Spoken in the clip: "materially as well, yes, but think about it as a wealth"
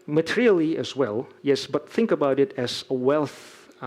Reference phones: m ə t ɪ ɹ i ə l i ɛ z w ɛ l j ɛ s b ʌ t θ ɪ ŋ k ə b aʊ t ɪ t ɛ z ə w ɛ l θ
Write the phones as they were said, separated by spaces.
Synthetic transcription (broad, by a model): m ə t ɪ ɹ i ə l i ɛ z w ɛ l j ɛ s b ʌ t θ ɪ ŋ k ə b aʊ t ɪ t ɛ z ə w ɛ l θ